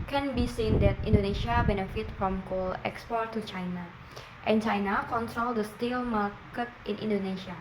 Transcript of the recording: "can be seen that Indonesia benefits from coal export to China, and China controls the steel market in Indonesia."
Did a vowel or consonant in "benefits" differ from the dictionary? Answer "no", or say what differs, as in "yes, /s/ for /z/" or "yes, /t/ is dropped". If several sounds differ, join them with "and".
yes, /s/ is dropped